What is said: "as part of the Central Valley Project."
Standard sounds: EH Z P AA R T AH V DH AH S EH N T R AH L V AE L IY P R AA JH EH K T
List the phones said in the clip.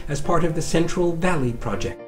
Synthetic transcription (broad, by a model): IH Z P AA R T AH V DH AH S EH N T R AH L V AE L IY P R AA JH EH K